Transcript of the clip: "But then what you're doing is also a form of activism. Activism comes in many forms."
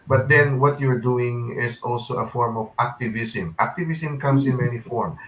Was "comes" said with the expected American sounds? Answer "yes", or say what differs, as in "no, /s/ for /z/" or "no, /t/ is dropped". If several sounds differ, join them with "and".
no, /s/ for /z/